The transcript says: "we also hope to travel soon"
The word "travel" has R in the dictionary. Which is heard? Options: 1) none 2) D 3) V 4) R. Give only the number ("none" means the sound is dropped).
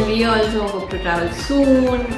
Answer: 1